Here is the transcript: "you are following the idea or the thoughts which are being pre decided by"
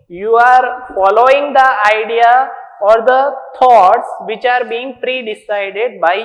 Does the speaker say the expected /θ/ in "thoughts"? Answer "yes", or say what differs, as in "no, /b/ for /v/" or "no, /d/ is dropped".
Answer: no, /t/ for /θ/